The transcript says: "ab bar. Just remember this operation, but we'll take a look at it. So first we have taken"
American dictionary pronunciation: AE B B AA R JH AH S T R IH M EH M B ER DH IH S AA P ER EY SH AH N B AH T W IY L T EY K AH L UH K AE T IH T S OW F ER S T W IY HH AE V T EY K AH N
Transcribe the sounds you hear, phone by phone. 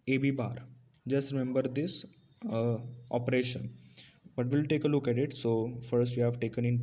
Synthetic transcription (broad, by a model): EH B B AA R JH AH S T R IH M EH M B ER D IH S AA P ER EY SH AH N B AH T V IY L T EY K AH L UH K AE T IH T S OW F ER S T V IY HH AE V T EY K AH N